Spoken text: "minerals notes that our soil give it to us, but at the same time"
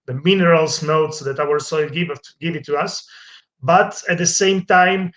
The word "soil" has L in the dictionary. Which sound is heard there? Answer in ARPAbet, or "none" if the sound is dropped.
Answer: L